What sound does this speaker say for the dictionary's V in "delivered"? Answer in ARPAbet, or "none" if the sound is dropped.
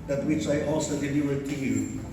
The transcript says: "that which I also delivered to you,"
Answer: none